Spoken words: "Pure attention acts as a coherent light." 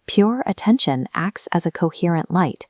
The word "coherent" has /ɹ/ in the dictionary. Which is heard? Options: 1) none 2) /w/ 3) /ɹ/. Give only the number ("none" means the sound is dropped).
3